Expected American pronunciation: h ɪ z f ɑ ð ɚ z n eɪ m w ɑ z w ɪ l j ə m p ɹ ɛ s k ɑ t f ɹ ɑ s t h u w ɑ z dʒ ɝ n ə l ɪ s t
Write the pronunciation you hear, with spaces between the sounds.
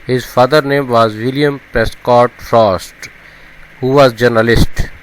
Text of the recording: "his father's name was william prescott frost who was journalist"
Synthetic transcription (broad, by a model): h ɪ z f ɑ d ɚ n eɪ m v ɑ z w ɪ l j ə m p ɹ ɛ s k ɑ t f ɹ ɑ s t h u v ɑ z dʒ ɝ n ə l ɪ s t